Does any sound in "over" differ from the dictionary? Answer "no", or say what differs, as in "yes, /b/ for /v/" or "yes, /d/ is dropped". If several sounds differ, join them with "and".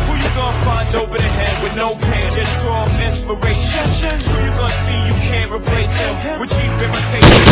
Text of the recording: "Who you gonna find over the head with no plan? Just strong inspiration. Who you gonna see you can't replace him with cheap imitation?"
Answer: yes, /p/ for /v/